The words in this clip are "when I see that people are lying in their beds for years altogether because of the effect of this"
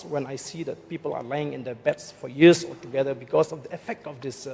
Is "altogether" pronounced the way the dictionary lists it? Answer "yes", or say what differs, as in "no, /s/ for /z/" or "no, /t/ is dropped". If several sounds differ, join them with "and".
no, /l/ is dropped